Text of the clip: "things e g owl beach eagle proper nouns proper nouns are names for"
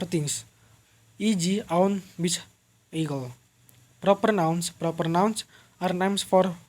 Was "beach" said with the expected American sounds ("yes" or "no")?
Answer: no